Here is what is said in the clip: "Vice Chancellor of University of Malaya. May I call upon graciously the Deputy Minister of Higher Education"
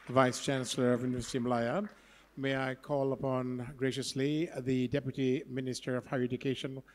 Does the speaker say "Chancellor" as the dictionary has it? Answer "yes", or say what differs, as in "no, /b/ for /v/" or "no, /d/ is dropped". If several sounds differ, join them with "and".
yes